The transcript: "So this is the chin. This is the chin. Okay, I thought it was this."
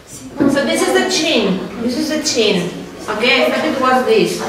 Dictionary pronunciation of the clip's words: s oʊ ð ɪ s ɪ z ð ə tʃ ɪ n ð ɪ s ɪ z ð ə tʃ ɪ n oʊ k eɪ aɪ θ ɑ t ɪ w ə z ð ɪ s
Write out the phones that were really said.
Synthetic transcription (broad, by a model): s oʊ ð ɪ s ɪ z ð ə tʃ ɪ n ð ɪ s ɪ z ð ə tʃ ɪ n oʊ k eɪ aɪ t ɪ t ɪ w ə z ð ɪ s